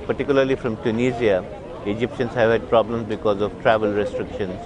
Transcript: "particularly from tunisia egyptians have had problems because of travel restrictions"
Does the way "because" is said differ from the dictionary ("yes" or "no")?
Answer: no